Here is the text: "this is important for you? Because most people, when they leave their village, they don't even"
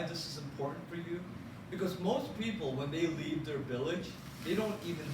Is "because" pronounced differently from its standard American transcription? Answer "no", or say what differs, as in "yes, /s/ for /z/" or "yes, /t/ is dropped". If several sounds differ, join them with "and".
no